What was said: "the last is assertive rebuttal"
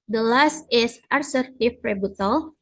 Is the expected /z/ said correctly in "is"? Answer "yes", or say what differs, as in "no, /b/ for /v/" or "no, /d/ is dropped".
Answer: no, /s/ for /z/